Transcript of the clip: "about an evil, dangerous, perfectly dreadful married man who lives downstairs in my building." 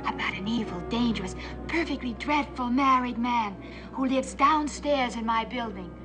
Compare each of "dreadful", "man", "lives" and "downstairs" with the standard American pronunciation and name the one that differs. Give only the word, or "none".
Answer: none